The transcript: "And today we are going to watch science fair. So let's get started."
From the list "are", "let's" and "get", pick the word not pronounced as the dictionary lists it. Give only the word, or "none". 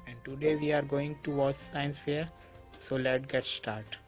let's